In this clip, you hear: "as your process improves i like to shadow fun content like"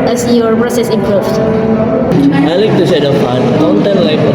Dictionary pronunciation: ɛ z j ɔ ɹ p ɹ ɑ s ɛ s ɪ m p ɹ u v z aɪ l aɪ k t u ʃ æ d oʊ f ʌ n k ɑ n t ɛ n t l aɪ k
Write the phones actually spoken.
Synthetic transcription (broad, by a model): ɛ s j ɔ ɹ p ɹ ɑ s ɛ s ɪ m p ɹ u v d aɪ l aɪ k t u s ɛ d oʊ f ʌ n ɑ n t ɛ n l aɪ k